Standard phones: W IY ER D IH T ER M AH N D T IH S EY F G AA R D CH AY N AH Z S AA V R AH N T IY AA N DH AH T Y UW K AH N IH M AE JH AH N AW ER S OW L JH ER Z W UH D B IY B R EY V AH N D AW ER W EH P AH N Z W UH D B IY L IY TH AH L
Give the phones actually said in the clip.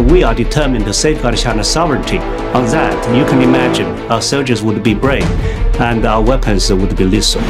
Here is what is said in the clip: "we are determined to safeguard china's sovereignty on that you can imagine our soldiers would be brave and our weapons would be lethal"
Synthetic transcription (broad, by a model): W IY ER D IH T ER M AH N T IH S EY F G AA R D SH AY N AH S AA V R AH N T IY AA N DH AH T Y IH K AH N IH M AE JH AH N AW ER S OW L JH ER Z W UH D B IY B R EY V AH N AW ER W EH P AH N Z W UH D B IY L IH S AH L